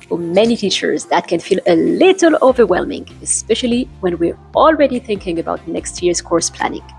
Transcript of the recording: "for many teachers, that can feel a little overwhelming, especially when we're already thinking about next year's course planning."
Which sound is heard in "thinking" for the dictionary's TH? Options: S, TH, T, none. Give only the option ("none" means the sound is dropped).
TH